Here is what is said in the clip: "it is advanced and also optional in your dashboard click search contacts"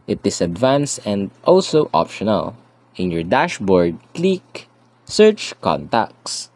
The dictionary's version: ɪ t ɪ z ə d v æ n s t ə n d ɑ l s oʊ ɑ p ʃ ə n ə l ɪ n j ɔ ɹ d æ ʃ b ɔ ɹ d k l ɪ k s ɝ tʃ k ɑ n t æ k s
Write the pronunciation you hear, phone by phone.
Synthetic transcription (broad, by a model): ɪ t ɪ s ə d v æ n s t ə n d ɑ l s oʊ ɑ p ʃ ə n ə l ɪ n j ɔ ɹ d æ ʃ b ɔ ɹ d k l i k s ɝ tʃ k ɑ n t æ k s